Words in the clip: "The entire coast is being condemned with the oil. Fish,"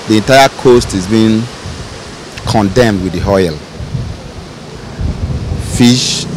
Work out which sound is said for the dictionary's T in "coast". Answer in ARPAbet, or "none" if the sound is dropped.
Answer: T